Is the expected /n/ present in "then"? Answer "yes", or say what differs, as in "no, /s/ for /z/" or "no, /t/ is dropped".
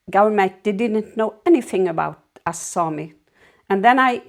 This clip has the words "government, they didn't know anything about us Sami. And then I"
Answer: yes